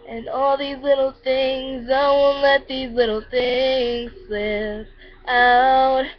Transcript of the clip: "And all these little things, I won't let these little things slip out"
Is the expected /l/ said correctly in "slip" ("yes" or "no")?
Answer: no